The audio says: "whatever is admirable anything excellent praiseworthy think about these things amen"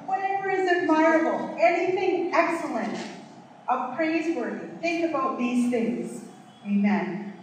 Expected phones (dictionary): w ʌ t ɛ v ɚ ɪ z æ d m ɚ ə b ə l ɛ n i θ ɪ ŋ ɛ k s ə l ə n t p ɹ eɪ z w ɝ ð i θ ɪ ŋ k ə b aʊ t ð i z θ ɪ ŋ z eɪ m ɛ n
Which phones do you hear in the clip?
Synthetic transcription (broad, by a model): w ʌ t ɛ v ɚ ɪ z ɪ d m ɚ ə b l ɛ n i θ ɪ ŋ ɛ k s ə l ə n t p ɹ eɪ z w ɝ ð i θ ɪ ŋ k ə b aʊ t ð i z θ ɪ ŋ z eɪ m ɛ n